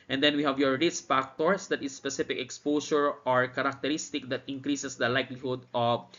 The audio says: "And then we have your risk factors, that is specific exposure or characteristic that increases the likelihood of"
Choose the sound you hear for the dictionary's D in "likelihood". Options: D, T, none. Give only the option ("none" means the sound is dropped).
D